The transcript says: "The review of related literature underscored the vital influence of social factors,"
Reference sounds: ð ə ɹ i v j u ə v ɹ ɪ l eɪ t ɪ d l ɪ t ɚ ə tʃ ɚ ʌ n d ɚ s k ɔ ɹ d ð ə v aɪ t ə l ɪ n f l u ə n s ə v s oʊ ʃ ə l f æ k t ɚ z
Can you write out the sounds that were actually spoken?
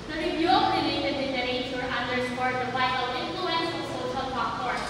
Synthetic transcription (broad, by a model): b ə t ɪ f j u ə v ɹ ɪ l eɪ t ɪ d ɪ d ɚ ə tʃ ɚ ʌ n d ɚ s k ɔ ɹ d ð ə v aɪ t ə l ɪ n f l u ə n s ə s oʊ ʃ ə l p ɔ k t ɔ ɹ